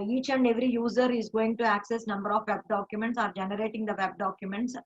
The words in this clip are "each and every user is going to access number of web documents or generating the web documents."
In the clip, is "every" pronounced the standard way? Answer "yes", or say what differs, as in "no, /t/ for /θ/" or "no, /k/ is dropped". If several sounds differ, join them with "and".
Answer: yes